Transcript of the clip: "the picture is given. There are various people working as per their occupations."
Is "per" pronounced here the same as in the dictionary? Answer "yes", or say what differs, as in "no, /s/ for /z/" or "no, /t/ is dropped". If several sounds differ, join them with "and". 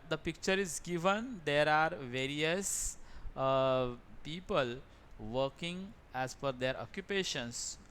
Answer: no, /f/ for /p/